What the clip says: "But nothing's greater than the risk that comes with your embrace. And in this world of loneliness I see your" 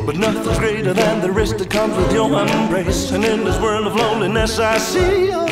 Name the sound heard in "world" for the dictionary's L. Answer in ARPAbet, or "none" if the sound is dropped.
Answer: L